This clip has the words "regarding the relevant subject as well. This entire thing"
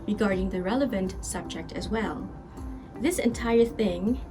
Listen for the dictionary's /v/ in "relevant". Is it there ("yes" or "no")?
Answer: yes